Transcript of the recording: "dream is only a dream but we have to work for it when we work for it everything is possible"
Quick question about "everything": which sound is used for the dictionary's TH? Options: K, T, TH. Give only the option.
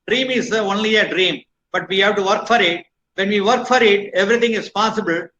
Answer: T